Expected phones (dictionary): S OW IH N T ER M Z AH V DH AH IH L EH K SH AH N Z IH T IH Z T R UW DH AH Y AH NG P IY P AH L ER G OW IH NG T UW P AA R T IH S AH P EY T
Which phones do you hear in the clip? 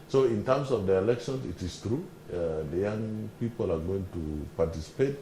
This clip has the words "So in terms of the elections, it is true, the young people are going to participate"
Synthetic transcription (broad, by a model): S OW IH N T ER M S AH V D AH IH L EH K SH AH N S IH T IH S T R UW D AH Y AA NG P IY P AH L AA G OW IH NG T UW P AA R T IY S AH P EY T